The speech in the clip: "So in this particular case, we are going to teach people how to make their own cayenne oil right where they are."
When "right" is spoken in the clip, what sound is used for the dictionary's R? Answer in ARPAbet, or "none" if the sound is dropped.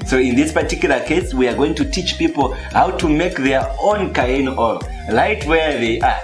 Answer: L